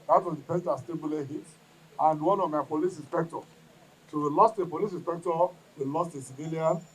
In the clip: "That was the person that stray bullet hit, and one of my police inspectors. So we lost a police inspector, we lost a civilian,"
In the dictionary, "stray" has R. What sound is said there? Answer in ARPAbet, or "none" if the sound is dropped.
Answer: none